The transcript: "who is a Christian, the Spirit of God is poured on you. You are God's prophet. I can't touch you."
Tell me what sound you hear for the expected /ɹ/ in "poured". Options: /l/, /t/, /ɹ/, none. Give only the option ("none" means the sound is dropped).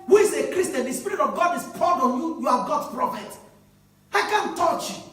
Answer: /l/